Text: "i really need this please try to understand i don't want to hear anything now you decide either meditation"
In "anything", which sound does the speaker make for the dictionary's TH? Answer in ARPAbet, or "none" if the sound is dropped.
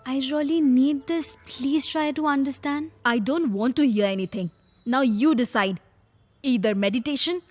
T